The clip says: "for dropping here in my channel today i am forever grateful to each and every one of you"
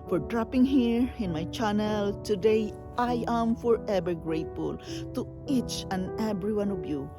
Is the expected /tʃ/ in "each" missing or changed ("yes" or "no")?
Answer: no